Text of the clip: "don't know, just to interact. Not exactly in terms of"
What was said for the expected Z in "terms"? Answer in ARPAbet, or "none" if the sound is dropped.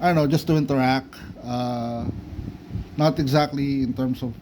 S